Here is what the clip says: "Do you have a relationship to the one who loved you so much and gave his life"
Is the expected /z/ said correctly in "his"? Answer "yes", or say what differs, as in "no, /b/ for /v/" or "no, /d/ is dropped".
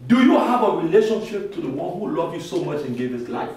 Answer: no, /s/ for /z/